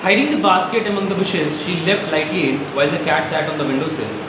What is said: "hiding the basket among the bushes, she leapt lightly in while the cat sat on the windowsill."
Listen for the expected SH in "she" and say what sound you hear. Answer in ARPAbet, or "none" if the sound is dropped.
SH